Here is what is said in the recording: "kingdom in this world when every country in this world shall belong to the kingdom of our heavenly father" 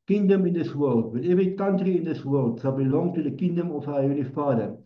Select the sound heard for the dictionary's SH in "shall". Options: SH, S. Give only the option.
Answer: S